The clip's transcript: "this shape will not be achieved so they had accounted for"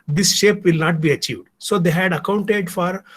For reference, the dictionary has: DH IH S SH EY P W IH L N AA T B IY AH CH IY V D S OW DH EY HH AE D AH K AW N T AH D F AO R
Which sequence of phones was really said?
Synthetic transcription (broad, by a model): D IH S SH EY P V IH L N AA T B IY AH CH IY V D S OW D EY HH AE D AH K AW N T AH D F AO R